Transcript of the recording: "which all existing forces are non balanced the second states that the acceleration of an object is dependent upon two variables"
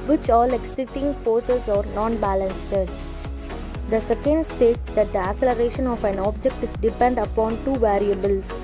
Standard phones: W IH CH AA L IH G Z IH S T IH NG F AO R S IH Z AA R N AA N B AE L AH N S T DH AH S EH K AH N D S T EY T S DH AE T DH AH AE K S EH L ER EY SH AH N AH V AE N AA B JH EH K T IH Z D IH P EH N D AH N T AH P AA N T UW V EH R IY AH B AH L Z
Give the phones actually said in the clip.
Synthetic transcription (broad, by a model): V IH CH AA L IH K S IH T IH NG F AO R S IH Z AA R N AA N B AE L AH N S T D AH S EH K AH N D S T EY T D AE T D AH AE S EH L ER EY SH AH N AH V AE N AA B JH EH K T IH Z D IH P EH N D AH AH P AA N T UW V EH R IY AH B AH L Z